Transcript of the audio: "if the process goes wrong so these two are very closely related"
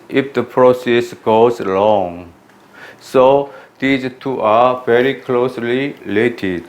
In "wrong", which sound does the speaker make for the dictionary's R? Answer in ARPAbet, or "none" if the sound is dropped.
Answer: L